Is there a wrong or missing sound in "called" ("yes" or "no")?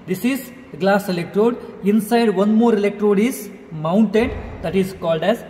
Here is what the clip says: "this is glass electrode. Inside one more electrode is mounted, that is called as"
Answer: no